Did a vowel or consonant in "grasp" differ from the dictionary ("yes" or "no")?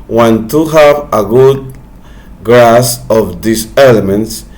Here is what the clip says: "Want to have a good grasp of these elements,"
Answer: yes